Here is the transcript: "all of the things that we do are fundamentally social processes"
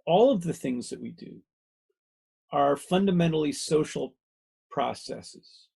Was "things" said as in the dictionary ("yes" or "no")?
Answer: yes